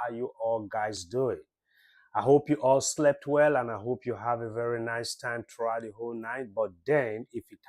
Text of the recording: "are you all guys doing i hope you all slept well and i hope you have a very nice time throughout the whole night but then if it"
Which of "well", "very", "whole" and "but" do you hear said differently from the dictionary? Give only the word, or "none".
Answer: none